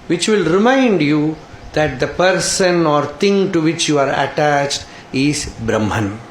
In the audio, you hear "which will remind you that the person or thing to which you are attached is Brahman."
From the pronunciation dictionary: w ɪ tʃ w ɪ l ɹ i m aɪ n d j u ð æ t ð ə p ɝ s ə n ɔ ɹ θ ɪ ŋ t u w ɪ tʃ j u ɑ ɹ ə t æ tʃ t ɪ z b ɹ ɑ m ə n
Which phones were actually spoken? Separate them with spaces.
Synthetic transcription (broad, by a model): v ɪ tʃ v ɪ l ɹ i m aɪ n d j u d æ t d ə p ɝ s ə n ɔ ɹ t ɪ ŋ t u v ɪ tʃ j u ɑ ɹ ə t æ tʃ t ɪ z b ɹ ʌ m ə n